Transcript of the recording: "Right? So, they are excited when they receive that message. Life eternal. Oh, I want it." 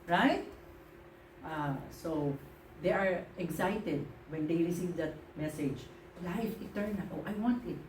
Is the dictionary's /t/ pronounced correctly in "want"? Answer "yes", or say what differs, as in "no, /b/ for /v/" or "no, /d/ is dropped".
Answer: yes